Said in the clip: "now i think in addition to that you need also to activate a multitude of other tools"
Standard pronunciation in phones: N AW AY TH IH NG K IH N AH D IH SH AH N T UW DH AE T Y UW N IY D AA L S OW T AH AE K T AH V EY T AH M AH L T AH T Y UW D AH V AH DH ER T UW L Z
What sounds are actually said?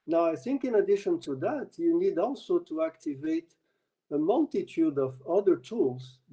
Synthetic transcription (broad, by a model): N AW AY TH IH NG K IH N AH D IH SH AH N T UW DH AE T Y UW N IY D AA L S OW T AH AE K T AH V EY T AH M AH L T AH T Y UW D AH V AH DH ER T UW L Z